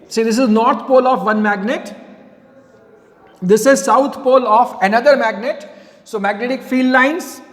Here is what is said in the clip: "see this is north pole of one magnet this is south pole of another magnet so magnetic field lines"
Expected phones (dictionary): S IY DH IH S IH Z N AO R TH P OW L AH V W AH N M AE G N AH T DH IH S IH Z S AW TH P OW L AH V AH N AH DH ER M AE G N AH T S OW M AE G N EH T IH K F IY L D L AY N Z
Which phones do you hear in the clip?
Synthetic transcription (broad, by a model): S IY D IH S IH Z N AO R T P OW L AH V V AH N M AE G N AH T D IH S IH Z S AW T P OW L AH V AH N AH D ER M AE G N AH T S OW M AE G N EH T IH K F IY L D L AY N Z